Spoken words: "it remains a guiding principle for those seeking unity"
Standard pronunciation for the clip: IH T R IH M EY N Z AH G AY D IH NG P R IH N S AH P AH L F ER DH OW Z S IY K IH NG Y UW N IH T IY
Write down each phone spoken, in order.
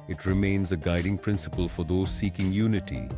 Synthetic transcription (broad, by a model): IH T R IH M EY N Z AH G AY D IH NG P R IH N S AH P AH L F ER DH OW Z S IY K IH NG Y UW N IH T IY